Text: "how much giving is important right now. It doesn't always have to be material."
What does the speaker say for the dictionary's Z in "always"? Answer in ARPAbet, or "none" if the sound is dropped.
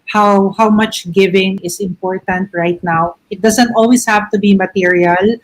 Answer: S